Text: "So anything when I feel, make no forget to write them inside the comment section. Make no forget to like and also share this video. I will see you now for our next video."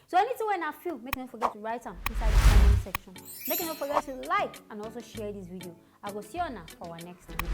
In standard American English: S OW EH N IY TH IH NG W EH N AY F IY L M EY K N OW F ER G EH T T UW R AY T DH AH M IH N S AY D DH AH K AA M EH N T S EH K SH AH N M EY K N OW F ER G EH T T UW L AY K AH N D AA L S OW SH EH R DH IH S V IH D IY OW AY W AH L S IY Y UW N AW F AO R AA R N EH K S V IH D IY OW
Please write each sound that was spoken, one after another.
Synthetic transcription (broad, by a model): S OW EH N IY T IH W EH N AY F IY L M EY K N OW F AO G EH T T UW R AY T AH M IH N S AY D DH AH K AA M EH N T S EH K SH AH N M EY K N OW F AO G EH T T UW L AY K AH N AA L S OW SH EH R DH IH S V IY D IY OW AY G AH S IY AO N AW F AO W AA N EH K S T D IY